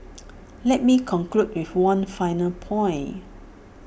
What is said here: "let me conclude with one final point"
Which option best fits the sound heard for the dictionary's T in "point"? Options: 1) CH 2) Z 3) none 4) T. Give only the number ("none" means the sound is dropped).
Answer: 3